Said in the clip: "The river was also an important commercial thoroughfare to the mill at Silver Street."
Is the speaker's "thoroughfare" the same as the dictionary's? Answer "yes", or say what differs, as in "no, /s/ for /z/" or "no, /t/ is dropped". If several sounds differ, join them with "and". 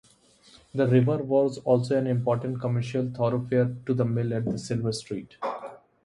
no, /t/ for /θ/